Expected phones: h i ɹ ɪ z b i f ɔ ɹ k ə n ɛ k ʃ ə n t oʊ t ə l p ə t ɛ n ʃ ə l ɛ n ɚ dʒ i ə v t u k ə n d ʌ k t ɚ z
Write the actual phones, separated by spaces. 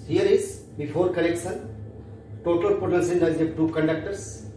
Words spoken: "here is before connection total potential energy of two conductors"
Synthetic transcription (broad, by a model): h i ɹ ɪ z b i f ɔ ɹ k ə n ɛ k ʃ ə n t oʊ t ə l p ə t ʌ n s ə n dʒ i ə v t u k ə n d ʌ k t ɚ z